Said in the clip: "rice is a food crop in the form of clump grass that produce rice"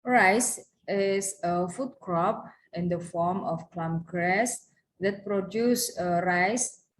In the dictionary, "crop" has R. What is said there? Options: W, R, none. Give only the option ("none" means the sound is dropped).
R